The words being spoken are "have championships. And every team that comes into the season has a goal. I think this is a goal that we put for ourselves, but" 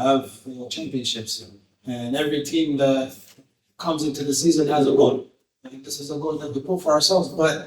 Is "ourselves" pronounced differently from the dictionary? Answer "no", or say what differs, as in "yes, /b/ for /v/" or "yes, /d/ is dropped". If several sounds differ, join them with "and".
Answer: no